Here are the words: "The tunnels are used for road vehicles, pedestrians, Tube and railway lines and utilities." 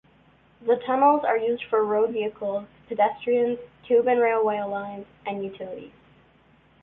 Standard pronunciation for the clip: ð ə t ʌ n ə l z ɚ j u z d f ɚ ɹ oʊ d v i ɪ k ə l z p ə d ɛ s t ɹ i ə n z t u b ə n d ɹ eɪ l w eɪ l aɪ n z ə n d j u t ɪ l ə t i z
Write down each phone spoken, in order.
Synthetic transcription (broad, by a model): ð ə t ʌ n l z ɚ j u z d f ɚ ɹ oʊ d v i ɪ k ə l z p ə d ɛ s t ɹ i ə n z t u b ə n ɹ eɪ l w eɪ l aɪ n z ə n j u t ɪ l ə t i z